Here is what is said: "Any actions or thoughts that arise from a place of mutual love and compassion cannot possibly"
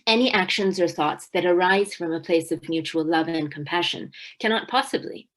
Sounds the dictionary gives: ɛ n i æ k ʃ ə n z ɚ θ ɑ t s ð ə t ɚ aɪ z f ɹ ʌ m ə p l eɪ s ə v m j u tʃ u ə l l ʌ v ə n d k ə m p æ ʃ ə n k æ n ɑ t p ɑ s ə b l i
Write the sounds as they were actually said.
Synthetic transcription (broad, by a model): ɛ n i æ k ʃ ə n z ɚ θ ɑ t s ð ə t ɚ aɪ z f ɹ ʌ m ə p l eɪ s ə v m j u tʃ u l l ʌ v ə n k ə m p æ ʃ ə n k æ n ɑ t p ɑ s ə b l i